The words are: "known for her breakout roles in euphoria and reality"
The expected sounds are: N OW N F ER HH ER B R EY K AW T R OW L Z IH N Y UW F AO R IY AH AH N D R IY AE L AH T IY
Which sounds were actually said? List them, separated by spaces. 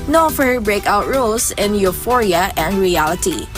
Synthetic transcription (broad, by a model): N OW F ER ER B R EY K AW T R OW L S IH N Y UW F AO R IY AH AH N D R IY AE L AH T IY